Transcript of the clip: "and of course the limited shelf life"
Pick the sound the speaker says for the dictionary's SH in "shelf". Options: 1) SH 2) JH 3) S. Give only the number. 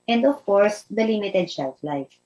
3